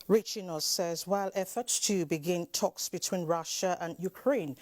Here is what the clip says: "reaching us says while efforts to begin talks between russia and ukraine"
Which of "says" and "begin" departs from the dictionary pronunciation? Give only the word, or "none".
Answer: none